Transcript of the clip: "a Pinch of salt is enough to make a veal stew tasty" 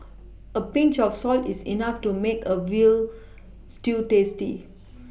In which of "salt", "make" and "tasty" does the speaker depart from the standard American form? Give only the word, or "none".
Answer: none